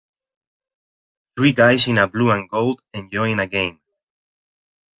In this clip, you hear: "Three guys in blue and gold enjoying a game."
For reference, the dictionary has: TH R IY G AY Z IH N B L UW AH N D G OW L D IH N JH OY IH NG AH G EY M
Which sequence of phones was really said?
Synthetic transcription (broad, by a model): TH R IY G AY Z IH N B L UW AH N G OW L D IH N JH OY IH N AH G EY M